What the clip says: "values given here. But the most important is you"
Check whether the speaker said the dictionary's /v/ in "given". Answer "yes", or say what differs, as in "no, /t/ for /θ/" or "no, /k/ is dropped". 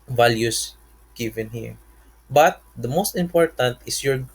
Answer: yes